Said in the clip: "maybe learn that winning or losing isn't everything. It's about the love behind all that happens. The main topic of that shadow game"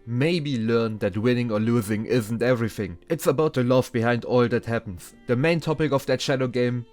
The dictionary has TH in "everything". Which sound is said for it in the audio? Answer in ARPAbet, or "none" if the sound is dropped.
TH